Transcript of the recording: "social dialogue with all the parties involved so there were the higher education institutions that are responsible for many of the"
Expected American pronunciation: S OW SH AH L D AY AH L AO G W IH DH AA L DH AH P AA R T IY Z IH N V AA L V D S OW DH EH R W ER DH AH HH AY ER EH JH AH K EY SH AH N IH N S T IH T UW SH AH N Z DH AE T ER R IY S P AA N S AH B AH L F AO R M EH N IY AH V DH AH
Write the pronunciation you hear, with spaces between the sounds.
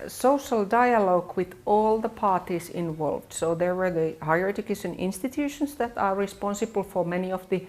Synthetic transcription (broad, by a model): S OW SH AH L D AY AH L AO G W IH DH AA L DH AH P AA R T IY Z IH N V AA L V D S OW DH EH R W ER DH AH HH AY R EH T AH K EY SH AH N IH N S T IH T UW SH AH N S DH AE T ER R IY S P AA N S AH B AH L F AO R M EH N IY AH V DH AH